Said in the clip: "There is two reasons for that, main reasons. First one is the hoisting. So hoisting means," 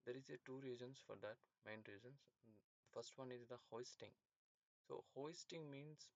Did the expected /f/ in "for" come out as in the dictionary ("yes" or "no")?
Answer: yes